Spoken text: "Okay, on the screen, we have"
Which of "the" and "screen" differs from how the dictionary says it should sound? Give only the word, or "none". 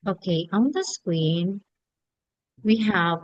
screen